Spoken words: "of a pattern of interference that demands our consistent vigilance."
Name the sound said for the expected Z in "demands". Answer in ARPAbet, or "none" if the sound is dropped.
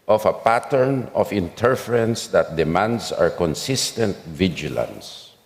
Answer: S